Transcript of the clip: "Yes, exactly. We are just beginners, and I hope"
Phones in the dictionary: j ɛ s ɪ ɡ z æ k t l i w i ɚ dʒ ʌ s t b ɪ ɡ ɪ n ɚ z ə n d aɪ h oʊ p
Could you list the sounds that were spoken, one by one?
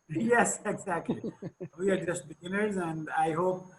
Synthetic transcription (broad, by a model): j ɛ s ɪ ɡ z æ k t l i w i ɚ dʒ ʌ s t b ɪ ɡ ɪ n ɚ z ə n d aɪ h oʊ p